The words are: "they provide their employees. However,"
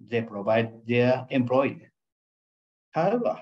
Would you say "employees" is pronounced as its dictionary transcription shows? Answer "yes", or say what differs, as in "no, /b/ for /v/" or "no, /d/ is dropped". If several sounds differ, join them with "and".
no, /z/ is dropped